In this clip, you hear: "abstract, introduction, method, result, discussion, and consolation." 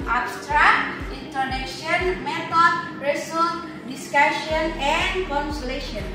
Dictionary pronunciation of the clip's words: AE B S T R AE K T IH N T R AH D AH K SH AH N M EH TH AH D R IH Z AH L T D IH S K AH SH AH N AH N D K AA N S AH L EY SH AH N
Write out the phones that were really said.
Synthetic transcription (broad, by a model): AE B S T R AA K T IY N T AH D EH SH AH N M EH T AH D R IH S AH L D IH S K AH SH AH N AH N D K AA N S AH L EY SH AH N